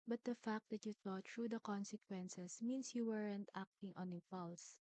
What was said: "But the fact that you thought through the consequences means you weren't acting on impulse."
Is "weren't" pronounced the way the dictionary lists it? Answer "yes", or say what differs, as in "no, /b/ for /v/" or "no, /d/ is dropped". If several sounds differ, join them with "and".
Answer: yes